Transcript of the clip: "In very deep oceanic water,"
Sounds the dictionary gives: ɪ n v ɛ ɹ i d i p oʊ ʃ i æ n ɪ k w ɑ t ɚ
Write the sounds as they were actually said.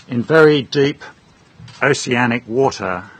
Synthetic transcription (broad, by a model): ɪ n v ɛ ɹ i d i p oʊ s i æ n ɪ k w ɑ t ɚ